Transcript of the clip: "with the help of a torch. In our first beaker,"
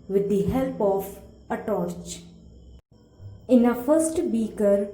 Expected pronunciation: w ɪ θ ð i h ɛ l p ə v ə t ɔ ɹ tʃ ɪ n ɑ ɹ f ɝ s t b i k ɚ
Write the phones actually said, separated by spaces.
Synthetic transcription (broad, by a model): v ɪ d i h ɛ l p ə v ə t ɔ ɹ tʃ ɪ n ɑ f ɝ s t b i k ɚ